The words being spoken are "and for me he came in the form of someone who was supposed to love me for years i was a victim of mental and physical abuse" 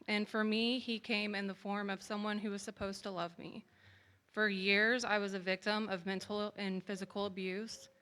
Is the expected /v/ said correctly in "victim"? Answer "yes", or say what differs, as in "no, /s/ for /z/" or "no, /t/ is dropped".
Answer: yes